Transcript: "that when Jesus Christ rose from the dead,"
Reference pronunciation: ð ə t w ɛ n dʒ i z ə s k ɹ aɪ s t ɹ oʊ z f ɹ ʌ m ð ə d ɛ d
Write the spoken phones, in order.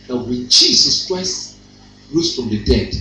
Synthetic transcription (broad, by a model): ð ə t w ɛ n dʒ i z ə s k ɹ aɪ s t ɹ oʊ s f ɹ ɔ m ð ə d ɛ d